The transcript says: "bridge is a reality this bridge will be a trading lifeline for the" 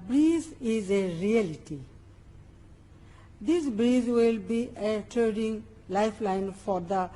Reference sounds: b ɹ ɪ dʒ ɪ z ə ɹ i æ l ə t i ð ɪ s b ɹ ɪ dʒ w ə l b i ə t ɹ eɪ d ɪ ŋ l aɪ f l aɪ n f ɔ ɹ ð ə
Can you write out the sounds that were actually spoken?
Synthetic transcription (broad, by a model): b ɹ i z ɪ z ə ɹ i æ l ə t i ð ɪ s b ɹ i z w ə l b i ə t eɪ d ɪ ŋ l aɪ f l aɪ n f ɔ ɹ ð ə